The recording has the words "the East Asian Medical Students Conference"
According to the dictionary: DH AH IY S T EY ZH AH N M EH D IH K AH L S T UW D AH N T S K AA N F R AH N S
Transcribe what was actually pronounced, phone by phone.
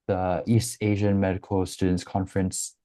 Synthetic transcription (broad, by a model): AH IY S T EY ZH AH N M EH D IH K AH L S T UW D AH N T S K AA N F R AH N S